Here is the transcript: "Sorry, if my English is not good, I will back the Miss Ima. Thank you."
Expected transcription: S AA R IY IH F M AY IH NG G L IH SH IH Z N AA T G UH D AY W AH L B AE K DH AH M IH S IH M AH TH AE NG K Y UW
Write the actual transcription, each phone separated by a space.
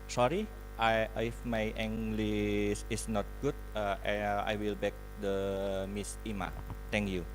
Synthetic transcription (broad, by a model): S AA R IY IH F M AY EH NG G L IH S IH S N AA T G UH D AY W AH L B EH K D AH M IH S IH M AH T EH NG K Y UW